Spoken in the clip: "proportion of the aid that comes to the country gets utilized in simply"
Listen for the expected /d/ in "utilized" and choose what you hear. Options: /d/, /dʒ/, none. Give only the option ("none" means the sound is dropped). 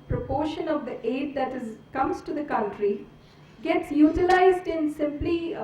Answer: /d/